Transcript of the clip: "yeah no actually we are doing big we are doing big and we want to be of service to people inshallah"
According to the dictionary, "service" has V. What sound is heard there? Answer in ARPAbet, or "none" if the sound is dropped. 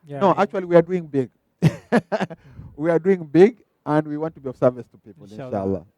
V